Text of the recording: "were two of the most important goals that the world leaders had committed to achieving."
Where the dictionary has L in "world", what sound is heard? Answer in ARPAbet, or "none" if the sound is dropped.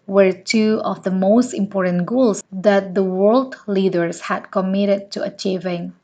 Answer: L